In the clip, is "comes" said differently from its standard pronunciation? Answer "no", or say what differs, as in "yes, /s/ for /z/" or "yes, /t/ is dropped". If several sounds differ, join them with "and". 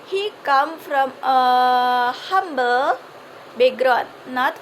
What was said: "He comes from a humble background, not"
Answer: yes, /z/ is dropped